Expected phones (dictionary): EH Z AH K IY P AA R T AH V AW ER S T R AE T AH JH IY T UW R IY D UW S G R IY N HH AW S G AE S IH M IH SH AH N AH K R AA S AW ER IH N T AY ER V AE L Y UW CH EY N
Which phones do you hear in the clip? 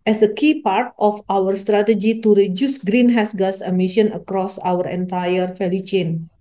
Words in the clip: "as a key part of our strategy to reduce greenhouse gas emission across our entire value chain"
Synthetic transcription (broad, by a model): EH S AH K IY P AA R T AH F AW ER S T R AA T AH JH IY T UW R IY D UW S G R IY N HH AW S G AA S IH M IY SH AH N AH K R AA S AW ER IH N T AY ER F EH L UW CH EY N